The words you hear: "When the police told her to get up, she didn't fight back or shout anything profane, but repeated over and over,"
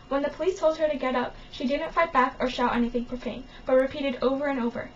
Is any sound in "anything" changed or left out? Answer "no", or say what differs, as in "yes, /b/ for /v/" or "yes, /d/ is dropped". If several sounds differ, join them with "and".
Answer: no